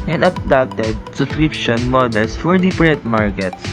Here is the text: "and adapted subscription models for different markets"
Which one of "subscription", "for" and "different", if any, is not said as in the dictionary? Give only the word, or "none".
different